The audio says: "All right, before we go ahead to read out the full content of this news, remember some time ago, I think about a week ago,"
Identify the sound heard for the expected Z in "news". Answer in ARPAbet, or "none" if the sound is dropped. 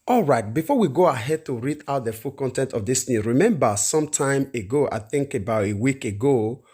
none